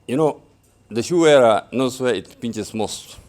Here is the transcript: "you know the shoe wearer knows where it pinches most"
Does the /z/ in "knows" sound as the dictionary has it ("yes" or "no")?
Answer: no